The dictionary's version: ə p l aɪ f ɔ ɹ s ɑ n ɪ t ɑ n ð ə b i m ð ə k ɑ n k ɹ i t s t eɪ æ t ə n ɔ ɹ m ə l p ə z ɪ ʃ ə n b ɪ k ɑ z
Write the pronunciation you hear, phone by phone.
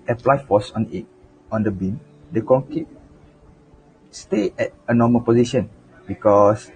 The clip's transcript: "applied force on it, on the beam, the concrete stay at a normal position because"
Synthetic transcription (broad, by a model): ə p l aɪ f ɔ s ɑ n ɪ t ɑ n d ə b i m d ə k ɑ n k i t s t eɪ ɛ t ə n ɔ m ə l p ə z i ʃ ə n b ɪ k ɑ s